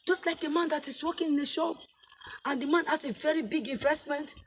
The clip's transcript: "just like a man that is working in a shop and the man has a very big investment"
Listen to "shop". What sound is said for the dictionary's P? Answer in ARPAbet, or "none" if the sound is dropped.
none